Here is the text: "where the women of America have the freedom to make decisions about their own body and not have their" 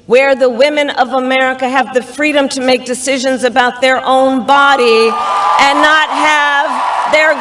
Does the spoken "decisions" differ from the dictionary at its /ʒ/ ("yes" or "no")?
no